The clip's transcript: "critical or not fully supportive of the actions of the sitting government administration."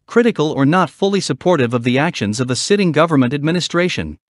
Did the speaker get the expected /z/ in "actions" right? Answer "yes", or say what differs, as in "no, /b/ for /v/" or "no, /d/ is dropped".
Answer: yes